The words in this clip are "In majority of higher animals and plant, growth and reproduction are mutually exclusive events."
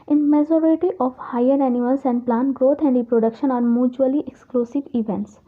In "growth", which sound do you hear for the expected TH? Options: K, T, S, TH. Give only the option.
T